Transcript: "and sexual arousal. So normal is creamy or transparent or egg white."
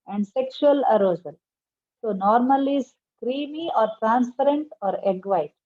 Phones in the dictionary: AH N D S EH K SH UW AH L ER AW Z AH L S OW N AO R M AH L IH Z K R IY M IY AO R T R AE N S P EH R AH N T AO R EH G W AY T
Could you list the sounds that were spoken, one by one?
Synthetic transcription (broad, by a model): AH N D S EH K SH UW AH L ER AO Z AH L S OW N AO R M AH L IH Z K R IY M IY AO R T R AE N S P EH R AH N T AO R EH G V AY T